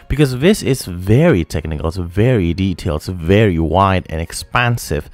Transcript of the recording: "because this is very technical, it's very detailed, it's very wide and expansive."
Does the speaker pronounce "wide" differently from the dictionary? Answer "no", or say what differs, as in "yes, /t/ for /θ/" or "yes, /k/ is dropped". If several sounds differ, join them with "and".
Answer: no